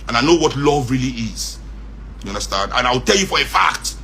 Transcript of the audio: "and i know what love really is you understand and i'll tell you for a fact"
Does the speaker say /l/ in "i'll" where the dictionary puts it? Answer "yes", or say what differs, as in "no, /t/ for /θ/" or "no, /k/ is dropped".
no, /w/ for /l/